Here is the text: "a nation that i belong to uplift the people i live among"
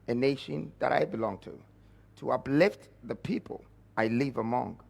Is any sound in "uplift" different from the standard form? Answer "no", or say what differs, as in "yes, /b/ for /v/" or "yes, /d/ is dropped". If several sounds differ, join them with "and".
no